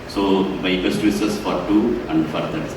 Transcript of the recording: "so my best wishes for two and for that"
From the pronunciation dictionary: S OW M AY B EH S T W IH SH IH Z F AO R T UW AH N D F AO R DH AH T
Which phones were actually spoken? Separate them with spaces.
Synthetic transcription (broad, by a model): S OW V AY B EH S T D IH S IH S F AO R T UW AH N D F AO R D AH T